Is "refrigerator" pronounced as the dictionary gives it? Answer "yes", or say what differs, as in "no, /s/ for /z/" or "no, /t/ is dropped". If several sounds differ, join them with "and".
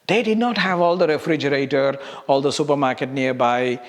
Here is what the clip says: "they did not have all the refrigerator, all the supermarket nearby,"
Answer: yes